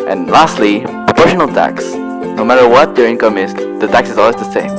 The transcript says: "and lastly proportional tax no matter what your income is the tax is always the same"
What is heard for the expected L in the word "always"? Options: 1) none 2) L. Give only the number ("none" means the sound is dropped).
2